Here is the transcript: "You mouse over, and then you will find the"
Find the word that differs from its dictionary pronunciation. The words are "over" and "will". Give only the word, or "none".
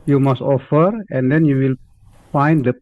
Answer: over